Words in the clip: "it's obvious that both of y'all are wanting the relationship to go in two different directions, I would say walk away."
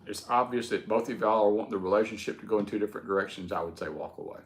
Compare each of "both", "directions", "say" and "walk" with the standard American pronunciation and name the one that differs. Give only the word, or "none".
none